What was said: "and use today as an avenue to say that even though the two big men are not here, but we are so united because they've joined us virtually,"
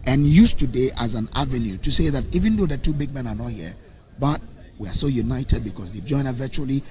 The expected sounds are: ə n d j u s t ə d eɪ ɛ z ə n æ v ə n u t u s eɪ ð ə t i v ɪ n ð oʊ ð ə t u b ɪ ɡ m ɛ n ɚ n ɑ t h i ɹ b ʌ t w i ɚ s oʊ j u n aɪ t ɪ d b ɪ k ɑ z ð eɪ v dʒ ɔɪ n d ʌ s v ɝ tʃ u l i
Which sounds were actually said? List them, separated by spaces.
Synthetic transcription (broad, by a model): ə n j u s t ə d eɪ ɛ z ə n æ v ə n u t u s eɪ ð ə t i v ɪ n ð oʊ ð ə t u b ɪ ɡ m ɛ n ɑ n ɑ t h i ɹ b ʌ t w i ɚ s oʊ j u n aɪ t ɪ d b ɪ k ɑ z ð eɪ dʒ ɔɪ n ʌ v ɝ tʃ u l i